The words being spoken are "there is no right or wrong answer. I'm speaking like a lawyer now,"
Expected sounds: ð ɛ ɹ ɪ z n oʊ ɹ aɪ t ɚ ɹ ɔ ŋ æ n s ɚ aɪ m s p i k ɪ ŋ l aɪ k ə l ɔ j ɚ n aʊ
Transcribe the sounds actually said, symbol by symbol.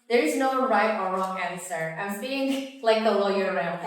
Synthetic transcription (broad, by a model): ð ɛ ɹ ɪ z n oʊ ɹ aɪ t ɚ ɹ ɔ ŋ æ n s ɚ aɪ m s i ɪ ŋ l aɪ k ə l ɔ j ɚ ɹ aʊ